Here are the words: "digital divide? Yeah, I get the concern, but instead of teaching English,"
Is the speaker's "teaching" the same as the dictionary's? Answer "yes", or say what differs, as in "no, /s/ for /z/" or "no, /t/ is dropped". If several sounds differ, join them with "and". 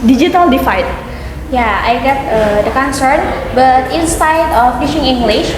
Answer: no, /ʃ/ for /tʃ/